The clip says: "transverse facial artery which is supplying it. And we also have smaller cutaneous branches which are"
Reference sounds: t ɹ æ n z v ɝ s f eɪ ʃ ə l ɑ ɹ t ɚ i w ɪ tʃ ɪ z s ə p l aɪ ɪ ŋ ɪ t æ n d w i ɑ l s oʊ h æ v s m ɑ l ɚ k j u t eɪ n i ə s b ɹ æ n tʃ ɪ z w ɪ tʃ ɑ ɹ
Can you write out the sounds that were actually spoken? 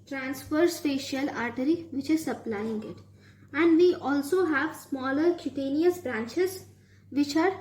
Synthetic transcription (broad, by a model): t ɹ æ n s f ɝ s p eɪ ʃ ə l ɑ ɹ t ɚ i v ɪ tʃ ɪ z s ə p l aɪ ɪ ŋ ɪ t æ n d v i ɑ l s oʊ h æ v s m ɑ l ɚ k j u t eɪ n i ə s b ɹ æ n tʃ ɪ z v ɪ tʃ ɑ ɹ